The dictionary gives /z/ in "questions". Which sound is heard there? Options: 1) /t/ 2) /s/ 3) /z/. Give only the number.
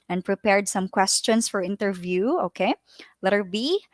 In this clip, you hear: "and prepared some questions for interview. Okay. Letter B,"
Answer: 2